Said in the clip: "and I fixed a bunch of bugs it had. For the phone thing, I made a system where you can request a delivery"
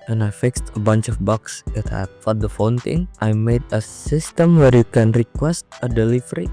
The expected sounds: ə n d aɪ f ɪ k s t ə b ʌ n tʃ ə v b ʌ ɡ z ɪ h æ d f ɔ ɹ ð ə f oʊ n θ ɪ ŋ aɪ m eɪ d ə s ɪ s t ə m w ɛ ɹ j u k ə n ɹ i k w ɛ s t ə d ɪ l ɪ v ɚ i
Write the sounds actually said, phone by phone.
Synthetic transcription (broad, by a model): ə n aɪ f ɪ k s t ə b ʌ n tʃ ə f b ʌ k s ɪ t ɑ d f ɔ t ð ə f oʊ n t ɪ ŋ aɪ m eɪ d ə s ɪ s t ə m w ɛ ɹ j u k ə n ɹ i k w ɛ s t ə d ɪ l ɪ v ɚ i